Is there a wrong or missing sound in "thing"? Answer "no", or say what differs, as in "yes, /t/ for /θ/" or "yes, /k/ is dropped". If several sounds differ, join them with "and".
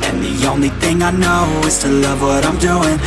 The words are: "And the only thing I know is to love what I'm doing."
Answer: no